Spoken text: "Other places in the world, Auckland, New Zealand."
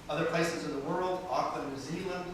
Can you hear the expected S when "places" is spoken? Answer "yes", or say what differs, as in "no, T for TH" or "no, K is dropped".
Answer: yes